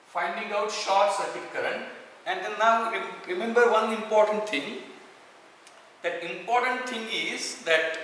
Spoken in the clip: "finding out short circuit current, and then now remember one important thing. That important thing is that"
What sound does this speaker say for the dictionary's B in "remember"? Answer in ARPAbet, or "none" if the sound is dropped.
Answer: B